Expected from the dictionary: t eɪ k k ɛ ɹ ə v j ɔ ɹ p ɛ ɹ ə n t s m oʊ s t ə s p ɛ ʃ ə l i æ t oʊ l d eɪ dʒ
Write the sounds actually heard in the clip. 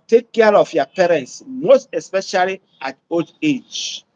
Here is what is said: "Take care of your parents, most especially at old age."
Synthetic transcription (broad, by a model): t eɪ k k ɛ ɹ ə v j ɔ p ɛ ɹ ə n t s m oʊ s t ə s p ɛ ʃ ə l i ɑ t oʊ d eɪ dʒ